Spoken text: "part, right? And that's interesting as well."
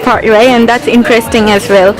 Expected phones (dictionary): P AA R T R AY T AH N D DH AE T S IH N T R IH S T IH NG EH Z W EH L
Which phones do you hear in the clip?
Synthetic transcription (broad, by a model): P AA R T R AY AH N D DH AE T S IH N T R IH S T IH NG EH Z W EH L